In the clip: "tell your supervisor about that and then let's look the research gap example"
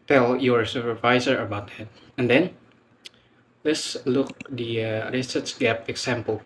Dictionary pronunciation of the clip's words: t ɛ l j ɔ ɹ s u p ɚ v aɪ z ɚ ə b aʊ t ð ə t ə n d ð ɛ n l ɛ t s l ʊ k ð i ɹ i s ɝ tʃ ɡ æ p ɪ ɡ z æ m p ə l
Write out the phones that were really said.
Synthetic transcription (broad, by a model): t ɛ l j ɔ ɹ s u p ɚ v aɪ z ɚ ə b aʊ t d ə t ə n d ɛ n l ɛ t s l ʊ k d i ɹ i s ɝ s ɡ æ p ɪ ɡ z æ m p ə l